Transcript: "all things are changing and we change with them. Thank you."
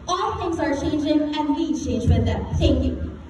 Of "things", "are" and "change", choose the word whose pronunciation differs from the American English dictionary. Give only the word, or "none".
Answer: things